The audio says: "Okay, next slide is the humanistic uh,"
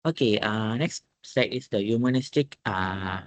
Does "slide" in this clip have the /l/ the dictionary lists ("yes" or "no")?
no